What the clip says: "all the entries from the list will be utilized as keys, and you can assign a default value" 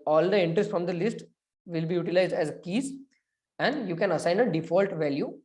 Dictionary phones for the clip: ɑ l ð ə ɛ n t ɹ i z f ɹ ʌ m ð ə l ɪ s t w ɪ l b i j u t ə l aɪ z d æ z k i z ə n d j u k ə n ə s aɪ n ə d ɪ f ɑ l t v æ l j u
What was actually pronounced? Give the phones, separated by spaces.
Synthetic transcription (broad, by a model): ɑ l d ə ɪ n t ɹ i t f ɹ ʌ m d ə l ɪ s t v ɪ l b i j u t ə l aɪ z d æ z k i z ə n d j u k ə n ə s aɪ n ə d ɪ f ɑ l t v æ l j u